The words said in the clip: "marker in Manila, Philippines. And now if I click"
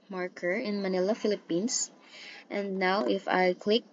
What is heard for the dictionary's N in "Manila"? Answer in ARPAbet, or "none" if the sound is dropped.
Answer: N